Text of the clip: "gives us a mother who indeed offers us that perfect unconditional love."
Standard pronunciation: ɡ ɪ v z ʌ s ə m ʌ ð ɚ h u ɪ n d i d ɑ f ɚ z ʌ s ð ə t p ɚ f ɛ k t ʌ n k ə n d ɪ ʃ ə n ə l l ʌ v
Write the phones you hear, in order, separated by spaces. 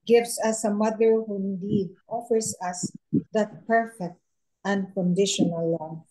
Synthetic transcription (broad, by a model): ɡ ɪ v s ʌ s ə m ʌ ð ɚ h u ɪ n d i d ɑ f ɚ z ʌ s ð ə t p ɚ f ɛ k t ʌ n k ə n d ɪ ʃ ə n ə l l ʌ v